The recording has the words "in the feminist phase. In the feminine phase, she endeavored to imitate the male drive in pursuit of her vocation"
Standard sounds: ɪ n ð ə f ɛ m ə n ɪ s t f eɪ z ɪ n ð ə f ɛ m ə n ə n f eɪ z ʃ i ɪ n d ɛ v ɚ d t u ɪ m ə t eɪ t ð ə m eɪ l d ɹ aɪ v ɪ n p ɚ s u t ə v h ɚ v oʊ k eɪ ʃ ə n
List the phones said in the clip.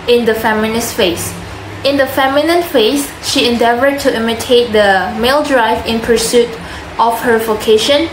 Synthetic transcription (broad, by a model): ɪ n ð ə f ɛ m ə n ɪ s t f eɪ s ɪ n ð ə f ɛ m ə n ə n f eɪ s ʃ i ɪ n d ɛ v ɚ d t u ɪ m ə t eɪ t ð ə m eɪ l d ɹ aɪ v ɪ n p ɚ s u t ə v h ɚ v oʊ k eɪ ʃ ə n